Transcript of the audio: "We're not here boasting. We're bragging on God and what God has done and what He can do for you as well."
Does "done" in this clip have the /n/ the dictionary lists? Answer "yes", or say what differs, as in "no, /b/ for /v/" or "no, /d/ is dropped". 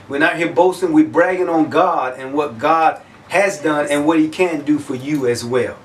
yes